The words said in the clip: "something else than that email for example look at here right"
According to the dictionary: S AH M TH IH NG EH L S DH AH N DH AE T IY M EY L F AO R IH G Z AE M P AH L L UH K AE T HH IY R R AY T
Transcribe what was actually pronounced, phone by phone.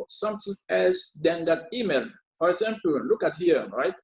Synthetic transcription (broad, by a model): S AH M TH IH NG EH L S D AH N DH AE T IY M EY L F AO R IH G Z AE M P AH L L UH K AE T HH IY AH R AY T